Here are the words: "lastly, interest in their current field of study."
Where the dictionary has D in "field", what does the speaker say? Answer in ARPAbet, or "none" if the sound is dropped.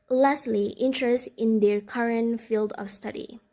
D